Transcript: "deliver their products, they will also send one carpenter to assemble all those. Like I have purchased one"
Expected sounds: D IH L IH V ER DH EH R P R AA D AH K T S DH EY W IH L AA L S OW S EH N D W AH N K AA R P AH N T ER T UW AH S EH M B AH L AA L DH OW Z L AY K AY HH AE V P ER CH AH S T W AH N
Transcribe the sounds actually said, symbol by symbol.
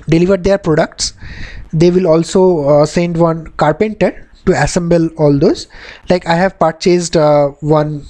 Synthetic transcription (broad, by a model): D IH L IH V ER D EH R P R AA D AH K T S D EY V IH L AA L S OW S EH N D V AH N K AA R P AH N T ER T UW AH S EH M B AH L AA L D OW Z L AY K AY HH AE V P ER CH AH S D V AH N